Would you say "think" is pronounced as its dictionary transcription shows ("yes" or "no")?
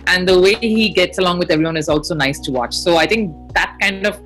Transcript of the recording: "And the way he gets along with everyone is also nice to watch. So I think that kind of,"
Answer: no